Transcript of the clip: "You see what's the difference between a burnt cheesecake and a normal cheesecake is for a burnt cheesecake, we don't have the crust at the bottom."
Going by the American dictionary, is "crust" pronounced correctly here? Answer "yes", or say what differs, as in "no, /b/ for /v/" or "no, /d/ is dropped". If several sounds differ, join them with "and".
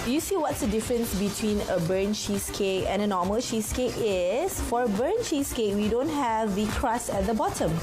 no, /t/ is dropped